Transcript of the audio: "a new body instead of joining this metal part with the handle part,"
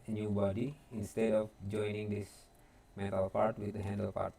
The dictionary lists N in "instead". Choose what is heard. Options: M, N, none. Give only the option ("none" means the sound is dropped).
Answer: N